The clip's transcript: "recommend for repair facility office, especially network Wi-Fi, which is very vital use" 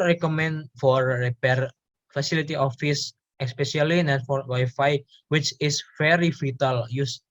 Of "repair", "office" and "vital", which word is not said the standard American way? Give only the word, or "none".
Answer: vital